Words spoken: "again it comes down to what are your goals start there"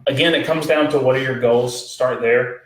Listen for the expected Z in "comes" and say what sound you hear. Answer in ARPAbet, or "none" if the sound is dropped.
Z